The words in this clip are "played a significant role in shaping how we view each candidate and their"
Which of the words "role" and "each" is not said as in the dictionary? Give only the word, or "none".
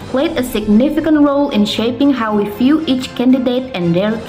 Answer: none